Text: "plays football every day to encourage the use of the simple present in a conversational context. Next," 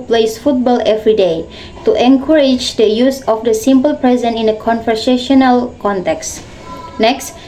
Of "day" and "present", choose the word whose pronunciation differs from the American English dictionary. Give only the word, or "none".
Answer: present